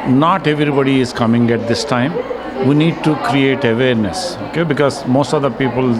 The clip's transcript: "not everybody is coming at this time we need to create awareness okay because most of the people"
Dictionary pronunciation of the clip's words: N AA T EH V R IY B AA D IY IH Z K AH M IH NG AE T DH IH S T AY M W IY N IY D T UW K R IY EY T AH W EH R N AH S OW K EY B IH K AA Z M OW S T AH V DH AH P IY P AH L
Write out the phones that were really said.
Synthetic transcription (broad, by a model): N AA T EH V R IY B AA D IY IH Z K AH M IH NG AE T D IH S T AY M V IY N IY D T UW K R IY EY T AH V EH R N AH S OW K EY B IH K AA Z M OW S T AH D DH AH P IY P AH L